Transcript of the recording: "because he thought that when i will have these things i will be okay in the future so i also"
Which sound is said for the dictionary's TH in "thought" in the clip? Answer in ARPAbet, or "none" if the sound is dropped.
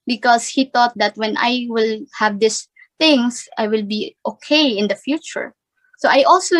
T